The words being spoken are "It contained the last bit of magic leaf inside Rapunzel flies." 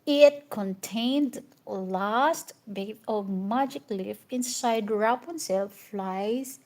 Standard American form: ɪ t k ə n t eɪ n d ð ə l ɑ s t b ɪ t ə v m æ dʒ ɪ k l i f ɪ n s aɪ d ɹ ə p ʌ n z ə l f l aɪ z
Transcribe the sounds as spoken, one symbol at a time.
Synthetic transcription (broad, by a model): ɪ t k ə n t eɪ n d l ɑ s t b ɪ ə v m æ dʒ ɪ k l i f ɪ n s aɪ d ɹ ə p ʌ n s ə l f l aɪ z